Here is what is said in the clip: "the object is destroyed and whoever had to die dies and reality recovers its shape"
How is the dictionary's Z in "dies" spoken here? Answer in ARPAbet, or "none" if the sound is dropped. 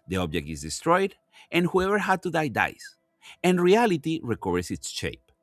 S